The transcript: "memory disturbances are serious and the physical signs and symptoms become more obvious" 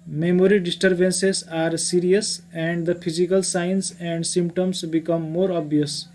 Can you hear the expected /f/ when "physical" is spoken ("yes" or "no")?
no